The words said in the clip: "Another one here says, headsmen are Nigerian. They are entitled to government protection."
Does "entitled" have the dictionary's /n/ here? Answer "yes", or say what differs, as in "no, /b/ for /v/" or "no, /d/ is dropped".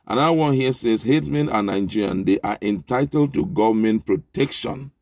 yes